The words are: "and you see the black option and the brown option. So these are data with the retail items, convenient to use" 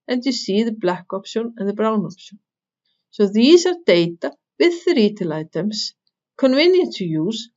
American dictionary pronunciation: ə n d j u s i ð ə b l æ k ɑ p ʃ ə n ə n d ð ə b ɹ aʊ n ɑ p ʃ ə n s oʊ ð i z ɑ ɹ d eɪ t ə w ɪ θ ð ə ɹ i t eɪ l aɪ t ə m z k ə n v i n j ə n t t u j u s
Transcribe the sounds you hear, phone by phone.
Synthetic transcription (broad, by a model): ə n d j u s i ð ə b l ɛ k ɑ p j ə n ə n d ð ə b ɹ aʊ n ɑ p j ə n s oʊ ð i s ɑ ɹ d eɪ t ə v ɪ ð ə ɹ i t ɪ l aɪ t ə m s k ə n v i n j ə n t t u j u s